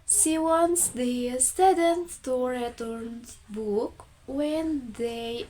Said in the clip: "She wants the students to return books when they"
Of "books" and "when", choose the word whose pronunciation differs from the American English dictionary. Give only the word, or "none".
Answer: books